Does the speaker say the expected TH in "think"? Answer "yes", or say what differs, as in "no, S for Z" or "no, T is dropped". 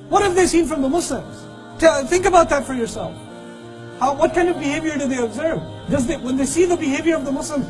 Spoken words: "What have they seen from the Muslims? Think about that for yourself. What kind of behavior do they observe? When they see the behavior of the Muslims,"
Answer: yes